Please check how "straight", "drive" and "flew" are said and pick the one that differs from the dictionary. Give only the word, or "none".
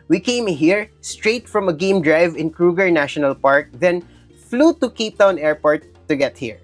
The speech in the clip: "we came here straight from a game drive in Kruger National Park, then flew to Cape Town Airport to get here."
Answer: none